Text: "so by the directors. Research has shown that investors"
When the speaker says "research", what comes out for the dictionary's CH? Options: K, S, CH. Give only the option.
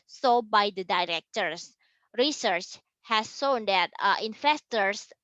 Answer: CH